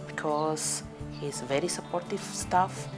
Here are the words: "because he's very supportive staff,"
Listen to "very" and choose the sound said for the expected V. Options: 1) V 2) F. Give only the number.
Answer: 1